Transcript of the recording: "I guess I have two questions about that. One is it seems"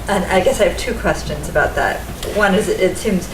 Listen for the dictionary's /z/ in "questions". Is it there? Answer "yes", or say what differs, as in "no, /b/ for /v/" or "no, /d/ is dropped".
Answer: yes